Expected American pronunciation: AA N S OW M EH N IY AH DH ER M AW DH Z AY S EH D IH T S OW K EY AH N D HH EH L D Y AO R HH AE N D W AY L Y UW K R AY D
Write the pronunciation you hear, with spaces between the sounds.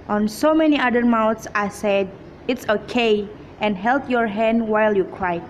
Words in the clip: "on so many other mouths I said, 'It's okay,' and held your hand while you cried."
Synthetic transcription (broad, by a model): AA N S OW M EH N IY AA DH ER M AW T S AY S EH D IH T S OW K EY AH N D HH EH L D Y AO R HH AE N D W AY L Y UW K R AY